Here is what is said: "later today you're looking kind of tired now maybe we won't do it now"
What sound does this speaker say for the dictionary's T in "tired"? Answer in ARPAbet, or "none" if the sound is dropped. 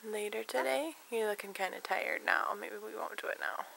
T